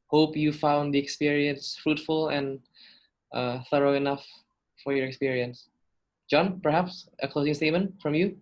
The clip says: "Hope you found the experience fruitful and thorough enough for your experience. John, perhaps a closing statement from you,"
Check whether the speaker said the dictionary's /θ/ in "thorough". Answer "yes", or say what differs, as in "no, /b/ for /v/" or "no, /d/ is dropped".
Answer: yes